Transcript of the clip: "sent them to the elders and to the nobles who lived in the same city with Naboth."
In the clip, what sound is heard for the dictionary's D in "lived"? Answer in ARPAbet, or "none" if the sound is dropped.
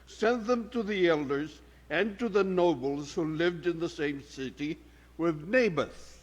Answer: D